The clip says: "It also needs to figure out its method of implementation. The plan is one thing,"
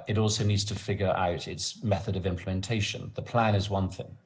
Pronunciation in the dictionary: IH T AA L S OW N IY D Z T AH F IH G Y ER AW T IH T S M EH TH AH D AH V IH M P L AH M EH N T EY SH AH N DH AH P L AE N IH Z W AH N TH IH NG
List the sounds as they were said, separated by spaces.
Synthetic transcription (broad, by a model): IH T AA L S OW N IY D Z T AH F IH G Y ER AW T IH T S M EH TH AH D AH V IH M P L AH M EH N T EY SH AH N DH AH P L AE N IH Z W AH N TH IH NG